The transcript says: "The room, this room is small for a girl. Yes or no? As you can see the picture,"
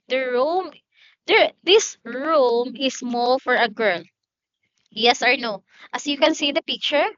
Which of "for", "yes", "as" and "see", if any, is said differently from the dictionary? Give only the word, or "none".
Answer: as